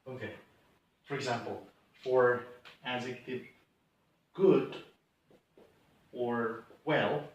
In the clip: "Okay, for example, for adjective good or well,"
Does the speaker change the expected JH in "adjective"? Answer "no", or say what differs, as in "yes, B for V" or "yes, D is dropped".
yes, Z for JH